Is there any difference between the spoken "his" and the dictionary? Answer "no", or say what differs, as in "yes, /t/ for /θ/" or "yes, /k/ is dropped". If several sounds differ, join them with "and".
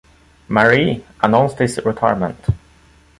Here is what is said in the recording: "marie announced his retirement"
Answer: yes, /s/ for /z/